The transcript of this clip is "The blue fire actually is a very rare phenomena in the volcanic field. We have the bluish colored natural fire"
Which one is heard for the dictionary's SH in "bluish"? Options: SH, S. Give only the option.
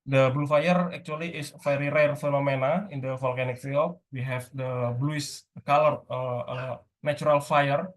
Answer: S